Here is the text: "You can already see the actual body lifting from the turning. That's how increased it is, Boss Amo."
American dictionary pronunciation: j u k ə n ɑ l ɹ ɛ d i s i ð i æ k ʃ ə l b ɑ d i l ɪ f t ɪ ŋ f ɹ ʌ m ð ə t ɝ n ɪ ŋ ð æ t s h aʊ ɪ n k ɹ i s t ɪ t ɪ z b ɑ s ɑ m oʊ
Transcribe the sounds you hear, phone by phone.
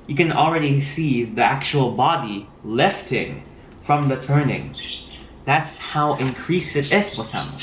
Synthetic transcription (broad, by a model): j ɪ k ə n l ɹ ɛ d i s i ð i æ k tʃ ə l b ɑ d i l ɪ f t ɪ ŋ f ɹ ʌ m ð ə t ɝ n ɪ ŋ ð æ t s h aʊ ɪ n k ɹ i s ɪ t ɪ z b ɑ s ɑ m